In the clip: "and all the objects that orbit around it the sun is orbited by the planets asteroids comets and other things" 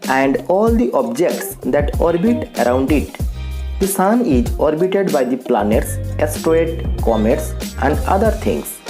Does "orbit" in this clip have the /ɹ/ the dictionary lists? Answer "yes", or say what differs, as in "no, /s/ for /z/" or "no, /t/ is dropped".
yes